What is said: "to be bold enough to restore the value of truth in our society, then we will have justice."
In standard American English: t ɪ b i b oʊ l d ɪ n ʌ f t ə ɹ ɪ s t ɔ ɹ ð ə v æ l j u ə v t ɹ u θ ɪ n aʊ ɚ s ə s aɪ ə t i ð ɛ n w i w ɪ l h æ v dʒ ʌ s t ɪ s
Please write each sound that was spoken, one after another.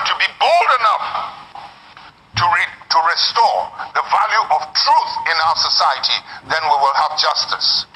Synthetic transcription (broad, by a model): t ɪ b i b oʊ l d ɪ n ʌ f t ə ɹ ɪ s t ɔ ɹ ð ə v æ l j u ə v t ɹ u θ ɪ n aʊ ɚ s ə s aɪ ə t i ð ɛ n w i w ɪ l h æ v dʒ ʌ s t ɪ s